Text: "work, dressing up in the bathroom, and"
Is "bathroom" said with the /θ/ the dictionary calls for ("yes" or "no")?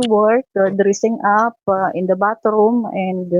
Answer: no